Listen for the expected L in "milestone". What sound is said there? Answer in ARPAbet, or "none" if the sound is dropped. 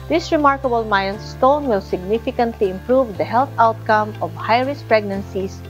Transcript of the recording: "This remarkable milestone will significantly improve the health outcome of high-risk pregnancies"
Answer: N